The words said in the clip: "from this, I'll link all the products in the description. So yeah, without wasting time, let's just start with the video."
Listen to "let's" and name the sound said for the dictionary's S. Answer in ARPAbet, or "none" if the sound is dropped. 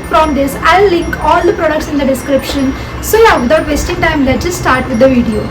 none